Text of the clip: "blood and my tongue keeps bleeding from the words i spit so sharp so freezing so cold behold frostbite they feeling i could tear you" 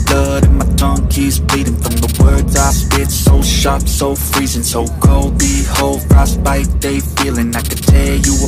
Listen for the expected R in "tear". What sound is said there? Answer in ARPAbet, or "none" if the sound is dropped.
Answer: L